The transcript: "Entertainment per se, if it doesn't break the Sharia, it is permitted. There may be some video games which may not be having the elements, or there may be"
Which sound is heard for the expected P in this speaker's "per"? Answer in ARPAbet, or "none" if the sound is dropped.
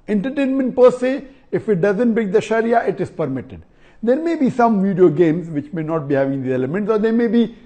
P